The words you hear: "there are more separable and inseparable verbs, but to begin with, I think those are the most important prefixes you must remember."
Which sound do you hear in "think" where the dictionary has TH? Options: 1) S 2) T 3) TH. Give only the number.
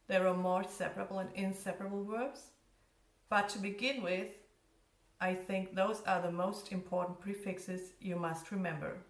3